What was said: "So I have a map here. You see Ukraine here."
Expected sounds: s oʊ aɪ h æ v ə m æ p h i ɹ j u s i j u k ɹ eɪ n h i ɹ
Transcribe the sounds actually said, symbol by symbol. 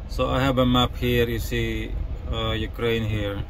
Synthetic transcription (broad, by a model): s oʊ aɪ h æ b ə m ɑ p h i ɹ j u s i j u k ɹ eɪ n h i ɹ